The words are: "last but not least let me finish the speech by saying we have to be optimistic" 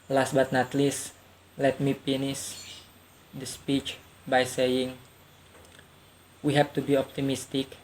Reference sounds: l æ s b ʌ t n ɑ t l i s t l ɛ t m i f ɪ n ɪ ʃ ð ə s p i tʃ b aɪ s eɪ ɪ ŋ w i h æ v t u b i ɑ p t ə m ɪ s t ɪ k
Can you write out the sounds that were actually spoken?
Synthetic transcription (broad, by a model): l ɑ s b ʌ t n ɑ t l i s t l ɛ t m i p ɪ n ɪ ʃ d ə s p i tʃ b aɪ s eɪ ɪ ŋ w i h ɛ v t u b i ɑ p t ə m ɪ s t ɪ k